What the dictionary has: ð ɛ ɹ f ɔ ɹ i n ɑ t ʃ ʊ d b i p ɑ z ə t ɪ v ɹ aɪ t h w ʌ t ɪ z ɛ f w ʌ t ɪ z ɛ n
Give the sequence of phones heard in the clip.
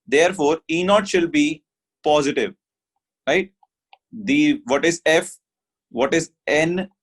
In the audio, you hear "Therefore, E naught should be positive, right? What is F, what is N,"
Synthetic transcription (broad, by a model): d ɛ ɹ f ɔ ɹ i n ɑ t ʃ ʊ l b i p ɑ z ə t ɪ v ɹ aɪ t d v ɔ t ɪ z ɛ f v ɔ t ɪ z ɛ n